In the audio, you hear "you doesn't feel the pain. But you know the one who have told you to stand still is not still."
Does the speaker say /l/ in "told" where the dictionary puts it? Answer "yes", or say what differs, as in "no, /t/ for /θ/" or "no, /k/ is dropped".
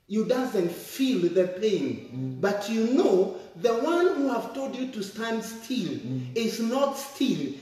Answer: yes